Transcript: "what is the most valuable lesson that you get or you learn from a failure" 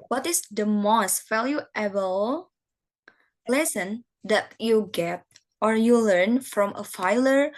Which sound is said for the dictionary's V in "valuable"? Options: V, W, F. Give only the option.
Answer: F